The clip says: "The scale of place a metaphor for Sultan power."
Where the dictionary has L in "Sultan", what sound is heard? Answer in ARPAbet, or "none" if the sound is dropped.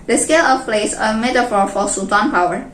none